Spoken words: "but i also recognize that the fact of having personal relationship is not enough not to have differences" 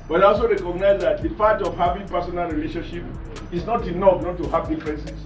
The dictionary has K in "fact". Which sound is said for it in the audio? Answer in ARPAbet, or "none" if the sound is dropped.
none